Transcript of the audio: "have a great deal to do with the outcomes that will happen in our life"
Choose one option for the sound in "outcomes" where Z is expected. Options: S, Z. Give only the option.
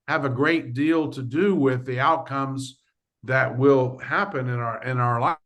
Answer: Z